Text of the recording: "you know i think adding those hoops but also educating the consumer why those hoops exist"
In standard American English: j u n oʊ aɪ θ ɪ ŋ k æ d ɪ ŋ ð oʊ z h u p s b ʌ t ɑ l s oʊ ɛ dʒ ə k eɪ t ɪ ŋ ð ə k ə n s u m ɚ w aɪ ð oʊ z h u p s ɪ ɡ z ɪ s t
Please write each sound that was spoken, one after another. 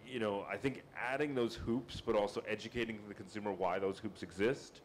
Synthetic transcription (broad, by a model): j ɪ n oʊ aɪ θ ɪ ŋ k æ d ɪ ŋ ð oʊ z h u p s b ʌ t ɑ l s oʊ ɛ dʒ ə k eɪ t ɪ ŋ ð ə k n s u m ɚ w aɪ ð oʊ z h u p s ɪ ɡ z ɪ s t